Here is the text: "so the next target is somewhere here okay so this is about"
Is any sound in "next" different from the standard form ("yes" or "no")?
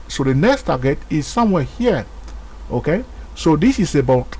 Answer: no